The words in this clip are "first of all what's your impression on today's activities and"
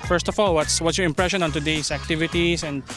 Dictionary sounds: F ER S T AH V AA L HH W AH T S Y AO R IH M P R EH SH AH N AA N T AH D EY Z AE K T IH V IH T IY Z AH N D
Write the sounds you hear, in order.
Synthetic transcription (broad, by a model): F ER S T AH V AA L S W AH T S Y AO R IH M P R EH SH AH N AA N T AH D EY S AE K T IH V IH T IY S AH N D